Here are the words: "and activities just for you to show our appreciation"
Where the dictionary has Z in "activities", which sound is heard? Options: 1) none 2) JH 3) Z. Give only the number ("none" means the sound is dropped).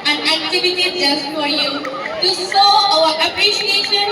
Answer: 1